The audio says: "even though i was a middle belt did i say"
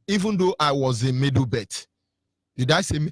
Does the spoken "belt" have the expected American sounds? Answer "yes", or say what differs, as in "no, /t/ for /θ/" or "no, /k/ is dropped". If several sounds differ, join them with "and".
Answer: no, /l/ is dropped